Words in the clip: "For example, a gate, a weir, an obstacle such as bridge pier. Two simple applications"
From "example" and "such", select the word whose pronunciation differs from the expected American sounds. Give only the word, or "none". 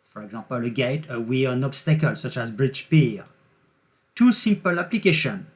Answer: example